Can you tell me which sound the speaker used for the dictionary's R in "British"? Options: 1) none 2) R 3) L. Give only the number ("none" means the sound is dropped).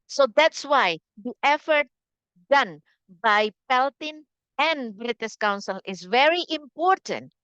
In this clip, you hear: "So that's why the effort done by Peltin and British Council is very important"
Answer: 2